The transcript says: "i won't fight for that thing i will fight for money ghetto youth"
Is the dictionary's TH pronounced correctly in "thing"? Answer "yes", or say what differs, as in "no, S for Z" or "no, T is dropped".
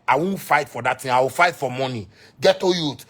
no, T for TH